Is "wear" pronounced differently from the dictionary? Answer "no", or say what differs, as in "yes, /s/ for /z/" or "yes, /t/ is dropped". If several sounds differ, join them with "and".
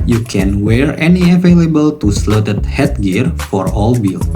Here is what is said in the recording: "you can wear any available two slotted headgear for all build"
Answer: no